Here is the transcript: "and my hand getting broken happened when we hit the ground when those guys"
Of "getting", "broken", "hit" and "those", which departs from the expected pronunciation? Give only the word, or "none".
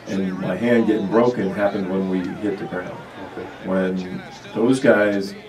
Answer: none